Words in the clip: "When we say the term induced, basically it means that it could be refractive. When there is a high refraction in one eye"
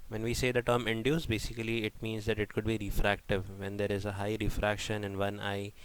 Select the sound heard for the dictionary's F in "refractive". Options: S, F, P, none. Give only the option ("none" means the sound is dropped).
F